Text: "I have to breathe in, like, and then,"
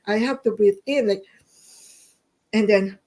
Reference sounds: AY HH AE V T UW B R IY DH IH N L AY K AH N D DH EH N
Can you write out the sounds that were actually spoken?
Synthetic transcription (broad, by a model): AY HH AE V T UW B IY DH IH N L AY K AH N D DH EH N